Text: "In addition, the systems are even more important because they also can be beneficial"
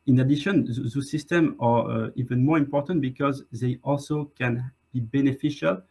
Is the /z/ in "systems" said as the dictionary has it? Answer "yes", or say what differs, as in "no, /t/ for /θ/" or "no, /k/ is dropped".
no, /z/ is dropped